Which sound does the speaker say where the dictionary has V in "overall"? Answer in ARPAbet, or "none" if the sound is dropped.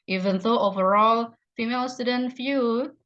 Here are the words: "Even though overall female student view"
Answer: V